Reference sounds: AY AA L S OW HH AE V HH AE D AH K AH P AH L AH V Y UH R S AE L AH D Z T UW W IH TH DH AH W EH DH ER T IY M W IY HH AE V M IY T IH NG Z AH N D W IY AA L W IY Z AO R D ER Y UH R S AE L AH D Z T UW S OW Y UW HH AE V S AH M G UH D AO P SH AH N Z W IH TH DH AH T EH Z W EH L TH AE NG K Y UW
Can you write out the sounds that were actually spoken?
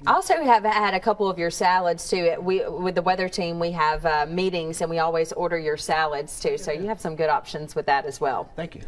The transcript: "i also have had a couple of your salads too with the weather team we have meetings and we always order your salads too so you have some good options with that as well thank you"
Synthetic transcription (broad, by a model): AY AA L S OW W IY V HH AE D AH K AH P L AH V Y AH R S AE L AH D Z T UW W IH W DH AH W EH DH ER T IY M W IY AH V M IY T IH NG Z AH N W IY AA L W IY Z AO R D ER Y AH R S AE L AH D Z T UW S OW Y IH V S AH M G UH D AO P SH AH N Z W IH DH AH T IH Z W EH L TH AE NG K Y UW